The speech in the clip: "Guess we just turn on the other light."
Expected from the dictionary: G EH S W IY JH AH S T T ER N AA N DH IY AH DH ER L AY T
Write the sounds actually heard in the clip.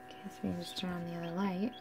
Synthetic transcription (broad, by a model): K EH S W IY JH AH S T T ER AA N DH IY AH DH ER L AY T